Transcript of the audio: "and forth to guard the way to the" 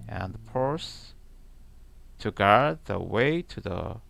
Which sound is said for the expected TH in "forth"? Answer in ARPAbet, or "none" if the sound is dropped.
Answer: S